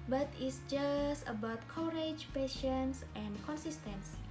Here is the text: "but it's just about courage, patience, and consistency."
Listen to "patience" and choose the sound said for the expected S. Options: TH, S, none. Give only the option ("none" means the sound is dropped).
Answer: S